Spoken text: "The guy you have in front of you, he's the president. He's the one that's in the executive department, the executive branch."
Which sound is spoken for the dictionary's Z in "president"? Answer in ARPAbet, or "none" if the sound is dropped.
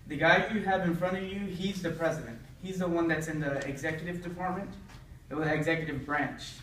Z